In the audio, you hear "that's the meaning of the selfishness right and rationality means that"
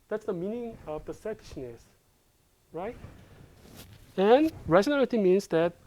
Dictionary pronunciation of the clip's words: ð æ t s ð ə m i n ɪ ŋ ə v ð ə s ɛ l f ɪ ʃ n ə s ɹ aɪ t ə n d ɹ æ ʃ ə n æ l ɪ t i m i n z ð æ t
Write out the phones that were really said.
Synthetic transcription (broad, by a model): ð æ t s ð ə m i n ɪ ŋ ə v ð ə s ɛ f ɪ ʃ n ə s ɹ aɪ t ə n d ɹ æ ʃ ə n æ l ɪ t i m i n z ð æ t